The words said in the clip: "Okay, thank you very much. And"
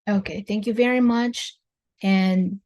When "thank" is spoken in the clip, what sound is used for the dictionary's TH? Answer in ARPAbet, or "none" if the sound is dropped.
TH